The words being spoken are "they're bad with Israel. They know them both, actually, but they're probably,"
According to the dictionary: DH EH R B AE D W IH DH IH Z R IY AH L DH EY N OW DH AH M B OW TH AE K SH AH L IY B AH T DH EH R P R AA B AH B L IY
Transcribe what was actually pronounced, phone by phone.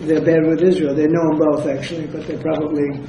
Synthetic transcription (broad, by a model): DH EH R B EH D W IH DH IH Z R IY AH L DH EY N OW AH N B OW TH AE K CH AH L IY B AH T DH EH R P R AA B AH B L IY